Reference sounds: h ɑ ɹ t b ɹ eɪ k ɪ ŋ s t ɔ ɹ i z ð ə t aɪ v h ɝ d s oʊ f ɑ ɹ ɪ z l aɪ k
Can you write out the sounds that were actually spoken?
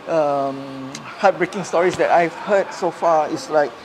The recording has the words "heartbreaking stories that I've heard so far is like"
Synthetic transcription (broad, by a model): h ɑ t b ɹ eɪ k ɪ ŋ s t ɔ ɹ i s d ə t aɪ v h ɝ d s oʊ f ɑ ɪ s l aɪ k